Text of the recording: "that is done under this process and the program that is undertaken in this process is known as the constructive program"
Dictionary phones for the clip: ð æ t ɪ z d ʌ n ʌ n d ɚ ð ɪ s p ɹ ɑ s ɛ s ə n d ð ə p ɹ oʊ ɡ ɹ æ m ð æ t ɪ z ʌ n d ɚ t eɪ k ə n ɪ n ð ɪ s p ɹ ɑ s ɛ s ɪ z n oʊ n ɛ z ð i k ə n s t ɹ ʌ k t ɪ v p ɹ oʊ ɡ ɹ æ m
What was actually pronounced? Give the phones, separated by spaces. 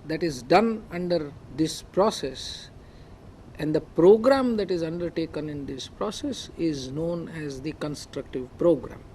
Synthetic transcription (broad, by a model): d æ t ɪ z d ʌ n ʌ n d ɚ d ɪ s p ɹ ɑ s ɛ s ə n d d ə p ɹ oʊ ɡ ɹ æ m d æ t ɪ z ʌ n d ɚ t eɪ k ə n ɪ n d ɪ s p ɹ ɑ s ɛ s ɪ z n oʊ n ɛ z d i k ə n s t ɹ ʌ k t ɪ v p ɹ oʊ ɡ ɹ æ m